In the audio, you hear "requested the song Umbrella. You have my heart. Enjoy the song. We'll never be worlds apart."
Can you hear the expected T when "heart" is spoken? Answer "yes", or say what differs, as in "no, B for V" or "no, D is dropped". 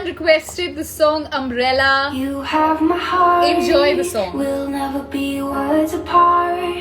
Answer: no, T is dropped